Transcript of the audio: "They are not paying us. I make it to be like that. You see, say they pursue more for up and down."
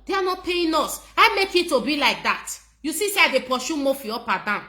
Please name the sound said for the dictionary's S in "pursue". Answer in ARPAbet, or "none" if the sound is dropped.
SH